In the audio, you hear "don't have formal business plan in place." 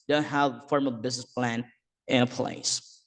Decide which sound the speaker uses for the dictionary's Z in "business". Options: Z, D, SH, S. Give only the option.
Z